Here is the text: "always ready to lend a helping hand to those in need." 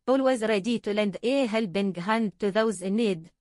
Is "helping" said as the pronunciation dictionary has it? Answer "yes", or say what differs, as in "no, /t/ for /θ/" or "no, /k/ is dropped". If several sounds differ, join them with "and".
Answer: no, /b/ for /p/